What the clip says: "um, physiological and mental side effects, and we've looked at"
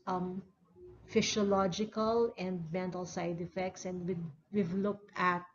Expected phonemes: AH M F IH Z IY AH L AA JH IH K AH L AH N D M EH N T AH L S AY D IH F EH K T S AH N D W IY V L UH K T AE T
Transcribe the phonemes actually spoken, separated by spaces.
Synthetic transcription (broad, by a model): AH M F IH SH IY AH L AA JH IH K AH L AH N D M EH N T AH L S AY D IH F EH K T S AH N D W IY V L UH K T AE T